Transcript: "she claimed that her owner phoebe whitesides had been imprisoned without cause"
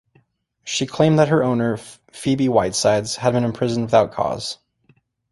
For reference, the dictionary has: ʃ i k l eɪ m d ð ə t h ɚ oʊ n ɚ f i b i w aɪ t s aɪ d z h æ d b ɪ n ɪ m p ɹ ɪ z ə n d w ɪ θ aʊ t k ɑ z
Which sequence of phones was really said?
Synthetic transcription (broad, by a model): ʃ i k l eɪ m ð ə t h ɚ oʊ n ɚ f i b i w aɪ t s aɪ d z h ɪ d b ɪ n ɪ m p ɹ ɪ z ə n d w ɪ θ aʊ t k ɑ z